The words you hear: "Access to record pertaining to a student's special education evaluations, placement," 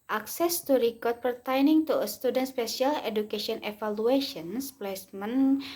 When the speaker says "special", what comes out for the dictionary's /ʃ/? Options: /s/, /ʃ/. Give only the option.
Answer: /s/